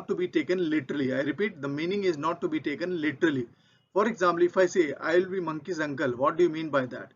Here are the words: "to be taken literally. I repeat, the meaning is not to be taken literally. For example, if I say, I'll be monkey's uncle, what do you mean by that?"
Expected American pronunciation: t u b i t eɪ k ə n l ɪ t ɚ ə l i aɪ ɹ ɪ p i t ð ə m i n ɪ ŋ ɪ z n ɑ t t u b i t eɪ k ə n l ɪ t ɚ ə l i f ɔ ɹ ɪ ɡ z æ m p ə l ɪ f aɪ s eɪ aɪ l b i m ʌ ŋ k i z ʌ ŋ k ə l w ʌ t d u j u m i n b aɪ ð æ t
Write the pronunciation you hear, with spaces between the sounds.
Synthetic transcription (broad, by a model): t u b i t eɪ k ə n l ɪ t ɚ ə l i aɪ ɹ ɪ p i t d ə m i n ɪ ŋ ɪ z n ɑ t t u b i t eɪ k ə n l ɪ t ɚ ə l i f ɔ ɹ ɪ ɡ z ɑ m p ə l ɪ f aɪ s eɪ aɪ l b i m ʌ ŋ k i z ʌ ŋ k ə l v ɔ t d u j u m i n b aɪ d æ t